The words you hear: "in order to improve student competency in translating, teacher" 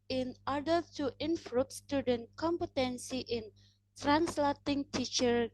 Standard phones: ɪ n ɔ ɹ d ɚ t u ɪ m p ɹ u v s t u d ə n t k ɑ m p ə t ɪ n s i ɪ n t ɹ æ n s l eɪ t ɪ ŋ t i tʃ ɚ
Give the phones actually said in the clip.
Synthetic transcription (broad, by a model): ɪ n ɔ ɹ d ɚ t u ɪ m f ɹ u p s t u d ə n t k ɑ m p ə t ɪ n s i ɪ n t ɹ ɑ n s l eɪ t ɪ ŋ t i tʃ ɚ